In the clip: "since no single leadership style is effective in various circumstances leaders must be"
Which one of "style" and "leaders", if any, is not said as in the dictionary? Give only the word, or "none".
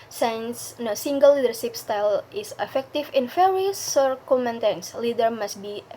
leaders